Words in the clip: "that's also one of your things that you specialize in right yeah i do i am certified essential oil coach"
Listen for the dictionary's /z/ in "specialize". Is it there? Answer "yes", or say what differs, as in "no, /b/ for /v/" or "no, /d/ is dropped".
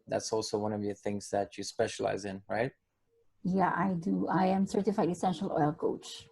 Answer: yes